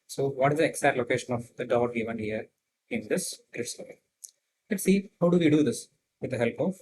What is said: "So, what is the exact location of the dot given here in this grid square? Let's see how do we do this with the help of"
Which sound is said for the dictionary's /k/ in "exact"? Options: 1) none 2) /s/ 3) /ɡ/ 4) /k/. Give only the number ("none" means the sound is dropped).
1